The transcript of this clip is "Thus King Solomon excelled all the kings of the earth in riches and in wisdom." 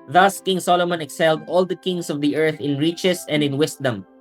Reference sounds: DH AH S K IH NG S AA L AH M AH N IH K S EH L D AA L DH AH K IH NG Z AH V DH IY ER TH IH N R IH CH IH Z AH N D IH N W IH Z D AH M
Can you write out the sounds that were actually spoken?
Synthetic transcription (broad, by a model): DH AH S K IH NG S AA L AH M AH N IH K S EH L D AA L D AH K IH NG S AH V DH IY ER TH IH N R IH CH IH S AH N D IH N W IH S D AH M